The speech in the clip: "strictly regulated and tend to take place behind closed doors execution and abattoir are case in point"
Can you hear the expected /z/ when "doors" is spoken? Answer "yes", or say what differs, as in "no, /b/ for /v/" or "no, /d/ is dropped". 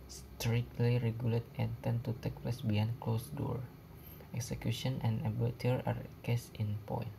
no, /z/ is dropped